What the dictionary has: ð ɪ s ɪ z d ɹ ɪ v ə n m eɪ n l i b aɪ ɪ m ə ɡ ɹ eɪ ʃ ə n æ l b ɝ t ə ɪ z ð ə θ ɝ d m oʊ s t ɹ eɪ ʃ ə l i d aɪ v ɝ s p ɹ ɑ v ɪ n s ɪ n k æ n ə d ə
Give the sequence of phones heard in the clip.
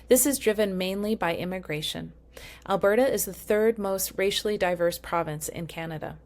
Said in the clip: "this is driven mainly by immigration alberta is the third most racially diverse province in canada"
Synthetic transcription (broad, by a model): ð ɪ s ɪ z d ɹ ɪ v ə n m eɪ n l i b aɪ ɪ m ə ɡ ɹ eɪ ʃ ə n æ l b ɝ t ə ɪ z ð ə θ ɝ d m oʊ s t ɹ eɪ ʃ l i d aɪ v ɝ s p ɹ ɑ v ɪ n s ɪ n k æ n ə d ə